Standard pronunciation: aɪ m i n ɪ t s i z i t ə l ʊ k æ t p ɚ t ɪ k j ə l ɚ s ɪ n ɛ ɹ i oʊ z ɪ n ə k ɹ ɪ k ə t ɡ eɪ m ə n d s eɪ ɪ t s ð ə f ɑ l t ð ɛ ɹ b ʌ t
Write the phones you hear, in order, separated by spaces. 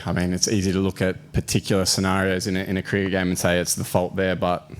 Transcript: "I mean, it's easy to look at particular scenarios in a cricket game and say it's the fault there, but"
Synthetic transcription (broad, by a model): aɪ m i n ɪ t s i z i t ə l ʊ k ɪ t p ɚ t ɪ k j l ɚ s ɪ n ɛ ɹ i oʊ z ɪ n ə k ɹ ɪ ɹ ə ɡ eɪ m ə n s eɪ ɪ t s ð ə f ɑ l t ð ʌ ɹ b ʌ t